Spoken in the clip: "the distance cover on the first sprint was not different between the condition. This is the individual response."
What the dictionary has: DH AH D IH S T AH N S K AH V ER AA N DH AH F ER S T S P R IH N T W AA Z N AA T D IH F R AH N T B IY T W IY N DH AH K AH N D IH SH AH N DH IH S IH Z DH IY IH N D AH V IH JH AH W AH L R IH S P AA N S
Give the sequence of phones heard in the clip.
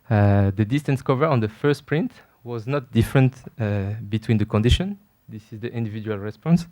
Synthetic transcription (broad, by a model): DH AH D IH S T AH N S K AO V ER AA N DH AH F ER S T P R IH N T W AA Z N AA T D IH F R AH N T B IY T W IY N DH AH K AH N D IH SH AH N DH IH S IH Z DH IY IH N D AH V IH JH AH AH L R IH S P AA N S